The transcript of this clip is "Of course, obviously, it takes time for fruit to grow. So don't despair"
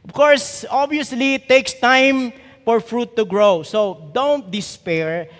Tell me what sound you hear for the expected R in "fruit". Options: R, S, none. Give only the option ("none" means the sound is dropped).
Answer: R